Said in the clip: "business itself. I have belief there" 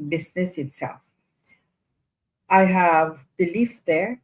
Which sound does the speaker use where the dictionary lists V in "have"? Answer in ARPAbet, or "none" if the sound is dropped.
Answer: V